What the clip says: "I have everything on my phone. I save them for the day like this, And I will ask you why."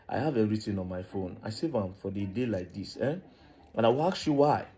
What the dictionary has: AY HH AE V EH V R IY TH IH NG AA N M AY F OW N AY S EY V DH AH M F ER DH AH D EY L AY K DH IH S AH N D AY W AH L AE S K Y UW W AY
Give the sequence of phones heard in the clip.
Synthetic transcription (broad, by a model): AY HH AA V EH R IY T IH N AA N M AY F OW N AY S EY V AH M F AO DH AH D EY L AY K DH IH S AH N AY W AH L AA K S Y UW W AY